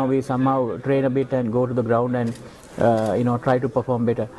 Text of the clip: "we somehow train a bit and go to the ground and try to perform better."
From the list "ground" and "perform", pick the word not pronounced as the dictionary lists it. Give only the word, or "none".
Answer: none